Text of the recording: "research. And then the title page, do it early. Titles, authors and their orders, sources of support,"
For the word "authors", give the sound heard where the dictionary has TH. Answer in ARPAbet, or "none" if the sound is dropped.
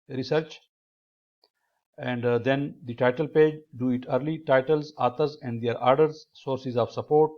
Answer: T